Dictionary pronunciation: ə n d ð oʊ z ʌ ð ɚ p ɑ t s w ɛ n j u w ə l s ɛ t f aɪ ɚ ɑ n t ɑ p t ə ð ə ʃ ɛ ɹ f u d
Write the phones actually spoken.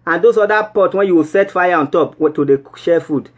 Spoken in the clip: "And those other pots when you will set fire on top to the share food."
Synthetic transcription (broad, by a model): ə n d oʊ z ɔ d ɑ p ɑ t w ɛ n j u w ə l s ɛ t f aɪ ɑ ɑ n t ɑ p t ə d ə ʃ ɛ f u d